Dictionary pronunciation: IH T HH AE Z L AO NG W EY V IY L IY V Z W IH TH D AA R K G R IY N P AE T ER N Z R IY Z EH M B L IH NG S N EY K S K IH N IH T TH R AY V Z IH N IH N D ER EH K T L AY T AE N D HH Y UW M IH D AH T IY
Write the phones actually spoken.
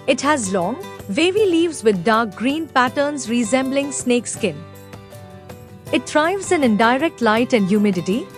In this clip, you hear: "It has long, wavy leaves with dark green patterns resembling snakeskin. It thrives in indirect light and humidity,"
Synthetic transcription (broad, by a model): IH T HH AE Z L AO NG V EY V IY L IY V Z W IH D D AA R K G R IY N P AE T ER N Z R IY Z EH M B L IH NG S N EY K S K IH N IH T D R AY V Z IH N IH N D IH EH K T L AY T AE N D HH Y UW M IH D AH T IY